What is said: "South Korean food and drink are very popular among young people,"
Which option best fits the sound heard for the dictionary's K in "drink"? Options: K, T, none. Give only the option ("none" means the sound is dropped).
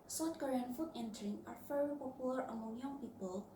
none